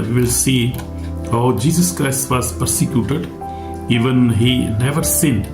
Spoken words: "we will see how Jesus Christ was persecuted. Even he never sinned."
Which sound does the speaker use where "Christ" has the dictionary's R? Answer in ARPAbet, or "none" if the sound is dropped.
R